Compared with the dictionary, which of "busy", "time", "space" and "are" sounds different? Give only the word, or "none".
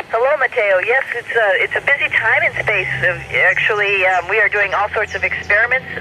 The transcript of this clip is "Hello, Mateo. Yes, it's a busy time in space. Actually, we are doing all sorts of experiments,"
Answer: none